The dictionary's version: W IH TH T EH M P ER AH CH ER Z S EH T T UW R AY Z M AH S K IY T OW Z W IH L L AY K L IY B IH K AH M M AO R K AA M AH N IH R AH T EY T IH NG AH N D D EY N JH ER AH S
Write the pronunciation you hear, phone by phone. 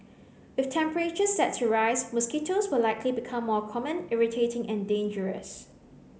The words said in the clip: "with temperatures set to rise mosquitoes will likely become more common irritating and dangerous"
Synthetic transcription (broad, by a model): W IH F T EH M P ER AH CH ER S EH T S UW R AY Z M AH S K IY T OW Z W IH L L AY K L IY B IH K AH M M AO K AA M AH N IH R AH T EY T IH NG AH N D D EY N JH ER AH S